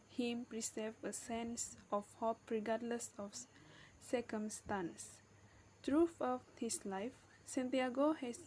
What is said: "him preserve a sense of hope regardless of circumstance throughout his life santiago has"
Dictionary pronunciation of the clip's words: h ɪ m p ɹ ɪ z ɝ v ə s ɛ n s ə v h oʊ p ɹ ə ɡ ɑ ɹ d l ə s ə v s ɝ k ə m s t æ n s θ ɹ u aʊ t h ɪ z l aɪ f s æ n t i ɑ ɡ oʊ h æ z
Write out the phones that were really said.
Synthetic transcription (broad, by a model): h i m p ɹ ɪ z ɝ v ə s ɛ n s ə f h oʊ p ɹ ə ɡ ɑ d l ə s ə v s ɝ k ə m s t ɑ n s t ɹ u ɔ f h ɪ s l aɪ f s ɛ n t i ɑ ɡ oʊ h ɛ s